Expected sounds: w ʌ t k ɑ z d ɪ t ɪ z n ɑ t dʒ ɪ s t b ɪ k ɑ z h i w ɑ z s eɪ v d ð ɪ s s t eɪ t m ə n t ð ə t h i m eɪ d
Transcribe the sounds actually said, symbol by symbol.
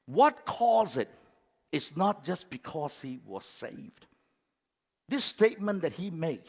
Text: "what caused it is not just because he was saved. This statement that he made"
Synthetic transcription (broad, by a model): w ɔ t k ɑ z ɪ t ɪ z n ɑ t dʒ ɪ s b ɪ k ɑ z h i w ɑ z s eɪ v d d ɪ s s t eɪ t m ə n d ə t h i m eɪ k